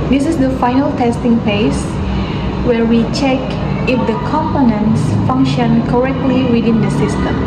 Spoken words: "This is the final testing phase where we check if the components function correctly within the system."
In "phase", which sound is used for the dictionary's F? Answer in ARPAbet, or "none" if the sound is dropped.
P